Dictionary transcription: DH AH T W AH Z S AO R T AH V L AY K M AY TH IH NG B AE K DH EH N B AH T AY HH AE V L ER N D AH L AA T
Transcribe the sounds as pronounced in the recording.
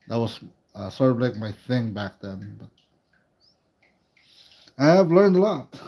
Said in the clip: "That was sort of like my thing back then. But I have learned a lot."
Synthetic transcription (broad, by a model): DH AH T W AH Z S AO R T AH V L AY K M AY TH IH NG B AE K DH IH N B AH T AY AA V L ER N D AH L AA T